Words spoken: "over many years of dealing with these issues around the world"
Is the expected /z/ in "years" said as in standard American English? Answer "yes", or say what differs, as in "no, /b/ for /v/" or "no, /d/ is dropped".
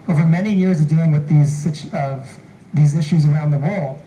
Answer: yes